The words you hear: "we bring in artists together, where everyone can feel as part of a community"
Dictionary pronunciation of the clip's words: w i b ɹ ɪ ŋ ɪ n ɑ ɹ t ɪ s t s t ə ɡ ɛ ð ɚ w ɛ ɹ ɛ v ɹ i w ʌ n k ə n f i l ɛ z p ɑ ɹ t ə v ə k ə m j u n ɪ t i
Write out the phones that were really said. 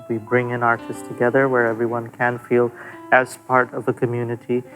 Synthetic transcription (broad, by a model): w i b ɹ ɪ ŋ ɪ n ɑ ɹ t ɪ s s t ə ɡ ɛ ð ɚ w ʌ ɹ ɛ v ɹ i w ʌ n k ə n f i l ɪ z p ɑ ɹ t ə v ə k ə m j u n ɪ t i